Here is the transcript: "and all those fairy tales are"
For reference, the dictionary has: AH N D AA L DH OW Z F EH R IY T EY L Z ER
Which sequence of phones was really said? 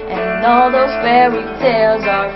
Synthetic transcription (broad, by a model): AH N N AA L DH OW Z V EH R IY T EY L Z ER